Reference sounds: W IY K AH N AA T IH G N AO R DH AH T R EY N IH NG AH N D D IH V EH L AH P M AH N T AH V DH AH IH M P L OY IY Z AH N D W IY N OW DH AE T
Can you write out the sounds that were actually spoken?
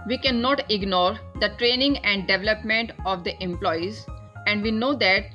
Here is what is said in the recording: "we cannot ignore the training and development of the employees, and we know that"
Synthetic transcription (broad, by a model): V IY K AH N AA T IH G N AO R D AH T R EY N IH NG AH N D D IH V EH L AH P M AH N T AH V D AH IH M P L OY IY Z AH N D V IY N OW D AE T